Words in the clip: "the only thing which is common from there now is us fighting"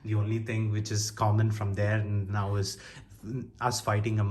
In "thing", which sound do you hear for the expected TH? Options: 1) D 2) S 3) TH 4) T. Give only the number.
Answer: 4